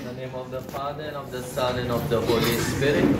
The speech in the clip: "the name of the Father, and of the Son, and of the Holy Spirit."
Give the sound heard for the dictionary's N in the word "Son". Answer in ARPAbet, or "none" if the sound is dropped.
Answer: L